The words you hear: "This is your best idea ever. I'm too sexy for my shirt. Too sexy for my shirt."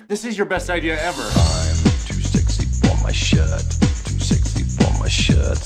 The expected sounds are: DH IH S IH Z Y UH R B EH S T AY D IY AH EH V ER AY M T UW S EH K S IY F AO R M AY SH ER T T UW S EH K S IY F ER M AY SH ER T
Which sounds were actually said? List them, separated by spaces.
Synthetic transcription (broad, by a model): DH IH S IH Z Y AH R B EH S T AY D IY AH EH V ER AY M T UW S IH K S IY F AO R M AY SH ER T T UW S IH K S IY F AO M AY SH ER T